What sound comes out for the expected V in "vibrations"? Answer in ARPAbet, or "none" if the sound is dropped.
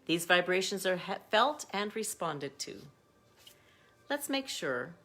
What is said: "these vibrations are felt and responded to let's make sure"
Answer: V